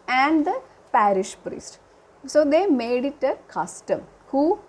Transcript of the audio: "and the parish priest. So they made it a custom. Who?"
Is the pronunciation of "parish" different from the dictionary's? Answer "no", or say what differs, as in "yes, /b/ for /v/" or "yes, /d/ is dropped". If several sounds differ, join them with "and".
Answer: no